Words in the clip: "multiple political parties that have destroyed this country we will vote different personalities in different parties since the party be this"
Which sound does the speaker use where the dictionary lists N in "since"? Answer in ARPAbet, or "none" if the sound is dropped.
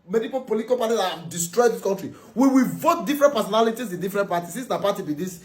none